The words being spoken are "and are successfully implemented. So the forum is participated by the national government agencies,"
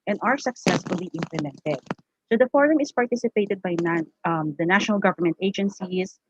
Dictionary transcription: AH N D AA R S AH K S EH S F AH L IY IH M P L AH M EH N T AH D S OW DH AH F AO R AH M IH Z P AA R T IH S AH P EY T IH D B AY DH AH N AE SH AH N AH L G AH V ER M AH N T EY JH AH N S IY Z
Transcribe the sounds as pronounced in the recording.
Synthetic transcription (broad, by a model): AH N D AA R S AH K S EH S F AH L IY IH M P L AH M EH N T AH D S OW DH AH F AO R AH M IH S P AA R T IH S AH P EY T IH D B AY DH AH N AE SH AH N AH L G AH V ER M AH N T EY JH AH N S IY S